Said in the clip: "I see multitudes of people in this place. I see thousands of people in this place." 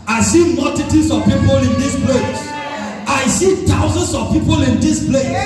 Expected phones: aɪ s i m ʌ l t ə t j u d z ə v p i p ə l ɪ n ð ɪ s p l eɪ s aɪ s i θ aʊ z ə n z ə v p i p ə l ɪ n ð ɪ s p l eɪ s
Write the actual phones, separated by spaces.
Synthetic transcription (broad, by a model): aɪ s i m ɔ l t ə t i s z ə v p i p ə l ɪ n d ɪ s p l eɪ s aɪ s i t aʊ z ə n s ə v p i p ə l ɪ n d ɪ s p l eɪ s